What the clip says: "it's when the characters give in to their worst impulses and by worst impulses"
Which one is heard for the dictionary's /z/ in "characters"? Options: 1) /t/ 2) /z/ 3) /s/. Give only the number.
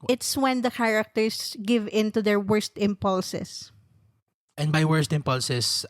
3